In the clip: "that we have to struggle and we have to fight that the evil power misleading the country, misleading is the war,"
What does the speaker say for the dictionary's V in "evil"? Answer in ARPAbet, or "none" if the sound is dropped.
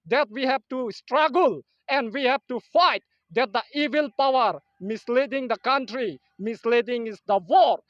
V